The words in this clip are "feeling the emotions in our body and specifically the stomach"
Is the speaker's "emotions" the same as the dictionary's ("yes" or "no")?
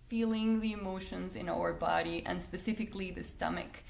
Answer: yes